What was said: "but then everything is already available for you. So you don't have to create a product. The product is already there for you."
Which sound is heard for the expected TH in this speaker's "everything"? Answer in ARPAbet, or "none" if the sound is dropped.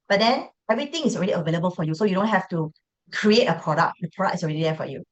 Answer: T